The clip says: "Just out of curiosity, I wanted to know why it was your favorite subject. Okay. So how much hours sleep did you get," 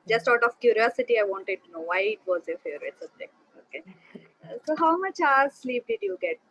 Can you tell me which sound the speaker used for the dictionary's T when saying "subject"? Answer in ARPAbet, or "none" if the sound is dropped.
none